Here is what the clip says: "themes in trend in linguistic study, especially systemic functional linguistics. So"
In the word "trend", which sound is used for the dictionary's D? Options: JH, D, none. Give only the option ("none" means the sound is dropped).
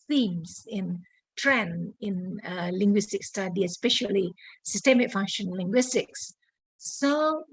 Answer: none